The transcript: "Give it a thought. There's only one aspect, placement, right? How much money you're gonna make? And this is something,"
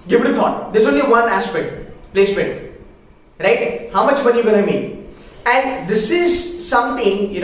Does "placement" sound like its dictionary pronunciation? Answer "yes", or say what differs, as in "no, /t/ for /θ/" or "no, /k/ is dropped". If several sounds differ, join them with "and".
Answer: no, /n/ is dropped